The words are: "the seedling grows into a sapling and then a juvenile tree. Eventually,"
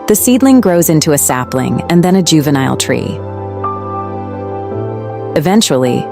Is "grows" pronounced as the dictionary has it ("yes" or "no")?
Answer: yes